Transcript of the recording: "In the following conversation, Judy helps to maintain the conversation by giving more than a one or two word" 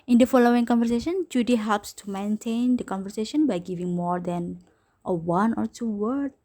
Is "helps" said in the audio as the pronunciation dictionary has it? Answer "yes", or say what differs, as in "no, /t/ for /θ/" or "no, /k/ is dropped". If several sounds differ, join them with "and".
yes